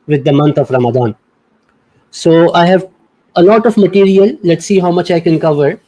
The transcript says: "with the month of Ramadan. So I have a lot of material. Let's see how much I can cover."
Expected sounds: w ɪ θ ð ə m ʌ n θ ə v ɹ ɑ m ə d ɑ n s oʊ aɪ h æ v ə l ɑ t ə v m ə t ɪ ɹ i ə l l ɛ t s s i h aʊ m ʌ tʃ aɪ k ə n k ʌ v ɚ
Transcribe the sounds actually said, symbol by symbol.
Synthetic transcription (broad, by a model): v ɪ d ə m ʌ n t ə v ɹ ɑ m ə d ɑ n s oʊ aɪ h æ v ə l ɑ t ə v m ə t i ɹ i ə l l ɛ t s s i h aʊ m ʌ tʃ aɪ k ə n k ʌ v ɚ